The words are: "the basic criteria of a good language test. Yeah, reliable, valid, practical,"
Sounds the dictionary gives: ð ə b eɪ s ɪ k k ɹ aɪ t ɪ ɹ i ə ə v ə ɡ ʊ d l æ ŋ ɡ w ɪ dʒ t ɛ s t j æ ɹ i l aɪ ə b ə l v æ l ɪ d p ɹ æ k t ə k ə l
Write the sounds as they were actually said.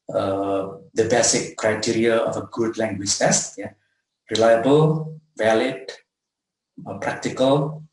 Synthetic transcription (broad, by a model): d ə b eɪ s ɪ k k ɹ aɪ t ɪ ɹ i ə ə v ə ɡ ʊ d l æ ŋ ɡ w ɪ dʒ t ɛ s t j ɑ ɹ i l aɪ ə b ə l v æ l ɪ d p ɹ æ k t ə k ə l